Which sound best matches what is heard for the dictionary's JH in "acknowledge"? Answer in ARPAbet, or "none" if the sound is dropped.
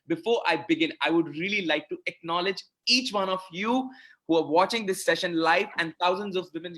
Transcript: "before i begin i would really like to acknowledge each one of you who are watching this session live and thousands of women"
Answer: JH